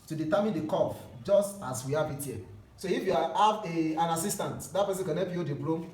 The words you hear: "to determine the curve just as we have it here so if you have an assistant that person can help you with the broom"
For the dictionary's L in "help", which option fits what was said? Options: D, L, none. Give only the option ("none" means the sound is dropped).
none